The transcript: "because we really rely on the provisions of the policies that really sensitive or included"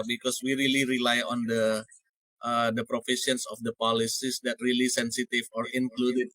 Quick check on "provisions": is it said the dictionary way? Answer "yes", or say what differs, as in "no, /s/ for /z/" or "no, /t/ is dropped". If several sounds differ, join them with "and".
no, /f/ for /v/ and /ʃ/ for /ʒ/ and /s/ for /z/